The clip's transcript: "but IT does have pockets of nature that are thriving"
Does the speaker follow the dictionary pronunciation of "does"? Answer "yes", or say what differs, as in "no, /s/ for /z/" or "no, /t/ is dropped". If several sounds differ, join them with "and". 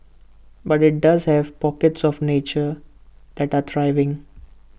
yes